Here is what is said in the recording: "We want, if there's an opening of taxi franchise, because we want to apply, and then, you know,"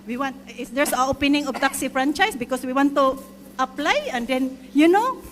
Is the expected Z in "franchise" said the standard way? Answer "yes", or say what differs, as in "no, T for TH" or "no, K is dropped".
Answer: no, S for Z